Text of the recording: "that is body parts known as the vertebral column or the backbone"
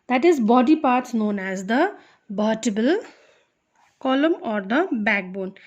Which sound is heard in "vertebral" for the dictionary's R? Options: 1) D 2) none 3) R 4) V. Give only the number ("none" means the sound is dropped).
2